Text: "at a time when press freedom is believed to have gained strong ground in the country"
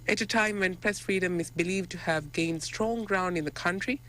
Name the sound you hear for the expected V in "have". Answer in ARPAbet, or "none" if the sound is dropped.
V